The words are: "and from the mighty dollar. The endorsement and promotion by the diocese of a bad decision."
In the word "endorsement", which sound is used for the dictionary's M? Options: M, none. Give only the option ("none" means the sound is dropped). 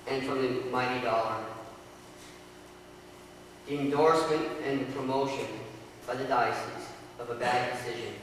M